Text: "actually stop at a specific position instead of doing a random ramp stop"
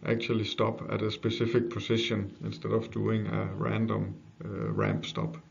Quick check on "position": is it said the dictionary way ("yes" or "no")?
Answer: no